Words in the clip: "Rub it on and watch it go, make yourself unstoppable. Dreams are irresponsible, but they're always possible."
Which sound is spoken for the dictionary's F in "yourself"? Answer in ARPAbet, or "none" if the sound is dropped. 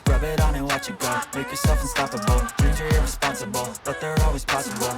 F